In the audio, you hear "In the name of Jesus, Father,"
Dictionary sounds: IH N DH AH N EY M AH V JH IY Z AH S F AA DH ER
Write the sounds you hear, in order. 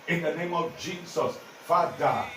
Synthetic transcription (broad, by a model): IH N DH AH N EY M AH V JH IY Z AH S F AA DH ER